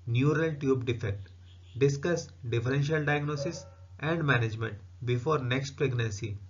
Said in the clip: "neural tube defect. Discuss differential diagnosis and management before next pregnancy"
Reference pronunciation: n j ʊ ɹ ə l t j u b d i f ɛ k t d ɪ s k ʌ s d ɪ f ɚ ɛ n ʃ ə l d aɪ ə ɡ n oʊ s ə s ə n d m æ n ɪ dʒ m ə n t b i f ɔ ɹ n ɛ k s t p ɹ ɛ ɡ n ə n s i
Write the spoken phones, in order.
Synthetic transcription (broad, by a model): n j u ɹ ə l t j u b d i f ɛ k t d ɪ s k ʌ s d ɪ f ɚ ɛ n ʃ ə l d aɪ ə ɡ n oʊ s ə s ə n d m æ n ɪ dʒ m ə n t b i f ɔ ɹ n ɛ k s t p ɹ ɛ ɡ n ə n s i